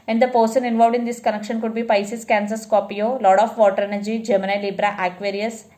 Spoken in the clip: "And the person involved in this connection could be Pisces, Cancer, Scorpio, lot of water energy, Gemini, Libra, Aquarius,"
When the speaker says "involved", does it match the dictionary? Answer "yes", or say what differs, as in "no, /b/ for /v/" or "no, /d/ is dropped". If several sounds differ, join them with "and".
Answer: yes